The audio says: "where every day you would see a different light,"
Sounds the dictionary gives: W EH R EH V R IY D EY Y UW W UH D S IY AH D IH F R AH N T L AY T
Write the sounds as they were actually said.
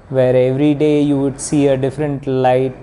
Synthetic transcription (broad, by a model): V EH R EH V R IY D EY Y UW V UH D S IY AH D IH F R AH N T L AY T